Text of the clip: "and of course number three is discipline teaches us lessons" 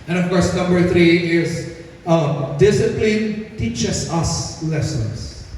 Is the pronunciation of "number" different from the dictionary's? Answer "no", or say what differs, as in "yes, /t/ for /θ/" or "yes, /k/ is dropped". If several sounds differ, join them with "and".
no